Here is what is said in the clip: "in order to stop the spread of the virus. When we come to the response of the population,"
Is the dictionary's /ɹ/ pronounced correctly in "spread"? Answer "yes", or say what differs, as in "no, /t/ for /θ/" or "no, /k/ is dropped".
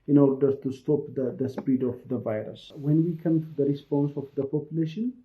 no, /ɹ/ is dropped